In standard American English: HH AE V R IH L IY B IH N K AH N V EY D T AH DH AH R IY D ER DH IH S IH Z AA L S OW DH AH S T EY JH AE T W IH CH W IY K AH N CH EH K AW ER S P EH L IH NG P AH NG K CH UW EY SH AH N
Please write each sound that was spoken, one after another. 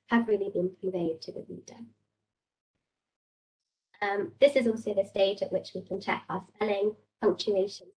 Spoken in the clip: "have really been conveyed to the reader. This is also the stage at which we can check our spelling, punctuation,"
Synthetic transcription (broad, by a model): HH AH V R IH L IY B IH N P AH V EY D T AH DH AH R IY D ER DH IH S IH Z AA L S OW DH AH S T EY JH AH T W IH CH W IY K AH N CH EH K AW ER S P EH L IH NG P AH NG K CH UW EY SH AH N